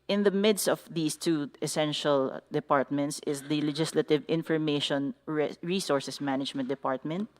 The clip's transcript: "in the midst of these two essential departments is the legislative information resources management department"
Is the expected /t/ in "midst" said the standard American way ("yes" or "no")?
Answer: yes